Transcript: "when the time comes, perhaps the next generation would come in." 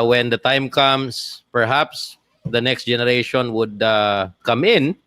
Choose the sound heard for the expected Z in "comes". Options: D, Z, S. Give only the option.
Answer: S